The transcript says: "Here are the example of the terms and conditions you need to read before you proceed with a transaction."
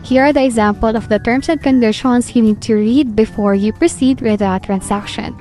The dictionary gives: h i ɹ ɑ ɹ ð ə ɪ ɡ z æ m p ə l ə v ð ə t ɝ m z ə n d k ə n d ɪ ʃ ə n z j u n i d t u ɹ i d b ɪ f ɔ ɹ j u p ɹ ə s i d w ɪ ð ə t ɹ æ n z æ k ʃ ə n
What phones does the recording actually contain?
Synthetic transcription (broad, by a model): h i ɹ ɑ ɹ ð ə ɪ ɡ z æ m p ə l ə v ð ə t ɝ m s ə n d k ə n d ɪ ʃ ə n s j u n i d t u ɹ i d b ɪ f ɔ ɹ j u p ɹ ə s i d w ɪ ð ə t ɹ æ n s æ k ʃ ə n